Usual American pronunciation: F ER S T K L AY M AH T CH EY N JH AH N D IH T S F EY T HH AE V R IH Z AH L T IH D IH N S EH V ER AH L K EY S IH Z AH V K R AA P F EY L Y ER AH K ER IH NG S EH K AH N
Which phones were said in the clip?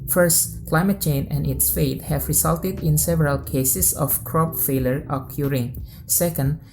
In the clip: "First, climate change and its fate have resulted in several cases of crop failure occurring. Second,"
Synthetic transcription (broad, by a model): F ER S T K L AY M AH T CH EY N AH N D IH T S F EY T HH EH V R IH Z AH L T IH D IH N S EH V ER AH L K EY S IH S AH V K R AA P F EY L Y ER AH K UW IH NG S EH K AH N